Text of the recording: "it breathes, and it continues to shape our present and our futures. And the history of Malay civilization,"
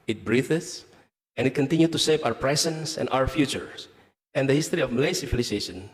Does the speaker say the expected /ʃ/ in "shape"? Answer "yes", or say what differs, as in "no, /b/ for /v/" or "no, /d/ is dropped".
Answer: no, /s/ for /ʃ/